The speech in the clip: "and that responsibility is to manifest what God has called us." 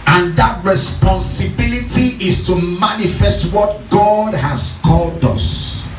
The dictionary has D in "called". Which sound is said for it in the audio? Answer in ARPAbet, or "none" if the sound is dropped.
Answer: D